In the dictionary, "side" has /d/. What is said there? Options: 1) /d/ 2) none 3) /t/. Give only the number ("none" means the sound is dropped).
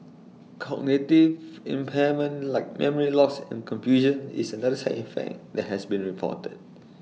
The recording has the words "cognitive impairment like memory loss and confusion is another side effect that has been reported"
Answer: 2